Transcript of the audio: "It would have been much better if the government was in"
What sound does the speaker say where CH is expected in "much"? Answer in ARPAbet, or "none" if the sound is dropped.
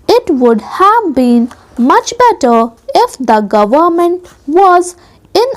CH